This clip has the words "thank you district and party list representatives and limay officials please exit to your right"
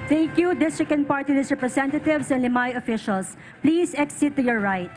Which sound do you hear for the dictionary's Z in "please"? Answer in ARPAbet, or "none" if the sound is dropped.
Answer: S